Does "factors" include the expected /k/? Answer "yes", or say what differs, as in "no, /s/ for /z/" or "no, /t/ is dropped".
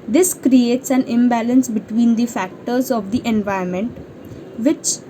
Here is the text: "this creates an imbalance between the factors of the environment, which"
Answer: yes